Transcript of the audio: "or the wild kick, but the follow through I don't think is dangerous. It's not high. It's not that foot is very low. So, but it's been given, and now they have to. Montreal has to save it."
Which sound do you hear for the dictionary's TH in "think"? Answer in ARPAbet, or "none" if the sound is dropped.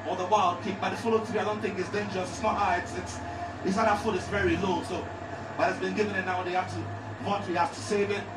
TH